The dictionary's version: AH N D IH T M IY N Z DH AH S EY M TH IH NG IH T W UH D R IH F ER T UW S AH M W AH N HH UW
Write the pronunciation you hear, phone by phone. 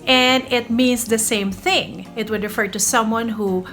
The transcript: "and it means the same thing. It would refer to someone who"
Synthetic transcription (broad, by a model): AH N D IH T M IY N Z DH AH S EY M TH IH NG IH T W UH D R IH F ER T UW S AH M W AH N HH UW